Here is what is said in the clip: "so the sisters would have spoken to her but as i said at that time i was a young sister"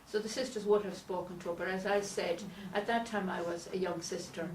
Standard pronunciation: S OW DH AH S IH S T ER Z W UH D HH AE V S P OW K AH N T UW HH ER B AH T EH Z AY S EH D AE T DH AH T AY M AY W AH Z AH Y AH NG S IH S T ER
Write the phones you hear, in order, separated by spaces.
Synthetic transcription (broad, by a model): S OW DH AH S IH S T ER Z W UH D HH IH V S P OW K AH N T UW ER B AH T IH Z AY S EH D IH T DH AH T AY M AY W AH Z AH Y AH NG S IH S T ER